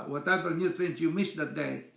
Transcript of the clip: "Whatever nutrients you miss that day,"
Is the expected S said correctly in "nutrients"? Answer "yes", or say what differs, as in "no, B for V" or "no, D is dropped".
no, S is dropped